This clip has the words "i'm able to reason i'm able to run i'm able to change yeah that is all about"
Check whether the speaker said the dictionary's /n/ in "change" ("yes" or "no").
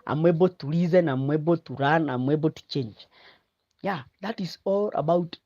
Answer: yes